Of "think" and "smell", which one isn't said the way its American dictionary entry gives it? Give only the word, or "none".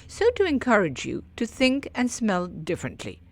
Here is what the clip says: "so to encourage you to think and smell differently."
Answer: none